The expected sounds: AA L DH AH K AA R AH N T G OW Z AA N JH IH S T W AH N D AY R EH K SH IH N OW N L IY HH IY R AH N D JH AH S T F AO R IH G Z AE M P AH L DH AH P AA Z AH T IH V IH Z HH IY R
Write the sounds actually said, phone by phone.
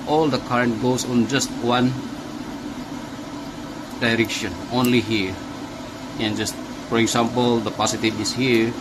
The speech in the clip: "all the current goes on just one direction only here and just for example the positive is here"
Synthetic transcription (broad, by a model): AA L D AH K AA R AH N T G OW S AA N JH IH S T W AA N D AY R EH K SH IH N OW N L IY HH IY R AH N JH AH S T F AO R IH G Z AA M P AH L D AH P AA S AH T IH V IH S HH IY R